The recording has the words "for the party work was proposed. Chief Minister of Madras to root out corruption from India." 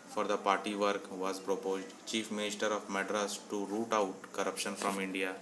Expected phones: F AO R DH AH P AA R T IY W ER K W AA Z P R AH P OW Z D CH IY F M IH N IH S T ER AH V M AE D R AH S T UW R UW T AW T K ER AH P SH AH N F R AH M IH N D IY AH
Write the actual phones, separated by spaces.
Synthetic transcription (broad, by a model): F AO R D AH P AA R T IY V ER K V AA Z P R AH P OW Z D CH IY F M IH N IH S T ER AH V M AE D R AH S T UW R UW T AW T K ER AH P SH AH N F R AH M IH N D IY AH